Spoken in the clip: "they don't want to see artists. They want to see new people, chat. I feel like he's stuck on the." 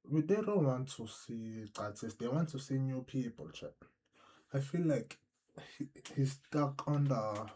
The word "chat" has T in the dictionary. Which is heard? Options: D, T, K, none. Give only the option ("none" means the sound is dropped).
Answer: none